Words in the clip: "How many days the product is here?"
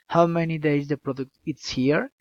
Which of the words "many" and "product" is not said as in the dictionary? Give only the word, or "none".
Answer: none